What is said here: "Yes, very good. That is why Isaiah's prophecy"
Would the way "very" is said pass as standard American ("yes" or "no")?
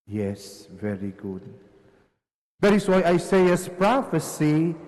yes